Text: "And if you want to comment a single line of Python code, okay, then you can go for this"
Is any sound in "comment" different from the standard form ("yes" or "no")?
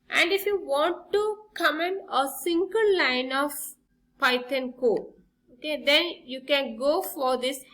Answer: yes